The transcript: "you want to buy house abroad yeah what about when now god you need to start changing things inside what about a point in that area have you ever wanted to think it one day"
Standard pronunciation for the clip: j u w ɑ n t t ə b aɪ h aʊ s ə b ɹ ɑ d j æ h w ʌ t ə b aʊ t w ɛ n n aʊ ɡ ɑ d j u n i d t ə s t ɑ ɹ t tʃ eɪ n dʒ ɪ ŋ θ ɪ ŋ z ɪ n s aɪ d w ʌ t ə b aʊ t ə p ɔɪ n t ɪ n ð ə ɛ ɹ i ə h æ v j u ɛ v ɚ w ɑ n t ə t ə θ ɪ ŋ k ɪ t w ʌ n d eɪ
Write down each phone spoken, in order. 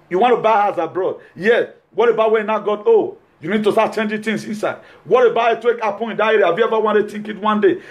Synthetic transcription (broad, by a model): j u w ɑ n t t ə b aɪ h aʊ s ə b ɹ ɑ d j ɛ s w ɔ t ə b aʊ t w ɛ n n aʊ ɡ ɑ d j u n i d t ə s t ɑ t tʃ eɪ n dʒ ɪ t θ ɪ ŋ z ɪ n s aɪ d w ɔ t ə b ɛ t ə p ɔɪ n ɪ n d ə ɛ ɹ i ə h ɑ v j u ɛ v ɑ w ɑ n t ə t ə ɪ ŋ k ɪ t w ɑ n d eɪ